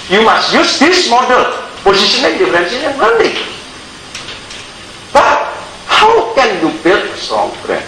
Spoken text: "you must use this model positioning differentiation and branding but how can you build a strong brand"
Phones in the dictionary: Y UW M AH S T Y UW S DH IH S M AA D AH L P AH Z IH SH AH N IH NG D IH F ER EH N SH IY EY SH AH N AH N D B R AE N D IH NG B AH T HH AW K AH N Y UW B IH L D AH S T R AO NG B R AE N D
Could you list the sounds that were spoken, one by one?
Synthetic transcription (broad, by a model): Y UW M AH S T Y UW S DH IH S M AA D AH L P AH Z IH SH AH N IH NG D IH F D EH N S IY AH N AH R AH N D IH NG B AH T HH AW K AH N Y UW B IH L AH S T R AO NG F R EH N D